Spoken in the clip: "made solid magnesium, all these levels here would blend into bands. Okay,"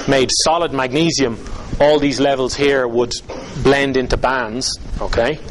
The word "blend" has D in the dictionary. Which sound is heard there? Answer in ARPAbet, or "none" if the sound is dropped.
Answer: D